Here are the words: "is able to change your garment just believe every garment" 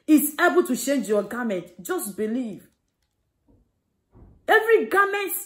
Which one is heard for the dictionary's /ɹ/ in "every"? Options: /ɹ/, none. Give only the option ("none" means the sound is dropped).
/ɹ/